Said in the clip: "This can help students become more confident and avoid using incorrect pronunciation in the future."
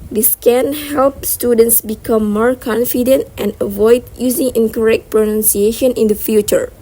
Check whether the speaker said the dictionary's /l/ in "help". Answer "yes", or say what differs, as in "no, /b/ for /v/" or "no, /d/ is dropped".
yes